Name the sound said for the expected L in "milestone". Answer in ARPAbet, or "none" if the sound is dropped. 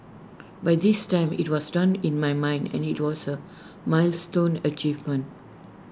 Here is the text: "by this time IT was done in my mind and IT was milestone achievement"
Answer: L